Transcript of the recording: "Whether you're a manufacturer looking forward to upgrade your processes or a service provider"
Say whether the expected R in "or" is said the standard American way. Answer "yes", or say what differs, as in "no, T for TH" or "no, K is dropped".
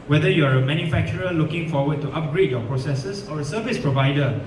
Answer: yes